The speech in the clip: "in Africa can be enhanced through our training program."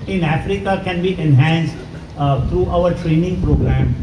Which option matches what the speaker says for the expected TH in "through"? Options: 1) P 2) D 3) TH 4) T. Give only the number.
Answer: 4